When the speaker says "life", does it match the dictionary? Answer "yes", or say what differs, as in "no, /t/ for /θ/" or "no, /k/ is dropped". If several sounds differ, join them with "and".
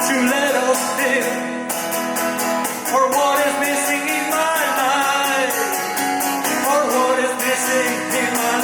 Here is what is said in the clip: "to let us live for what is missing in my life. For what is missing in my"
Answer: no, /n/ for /l/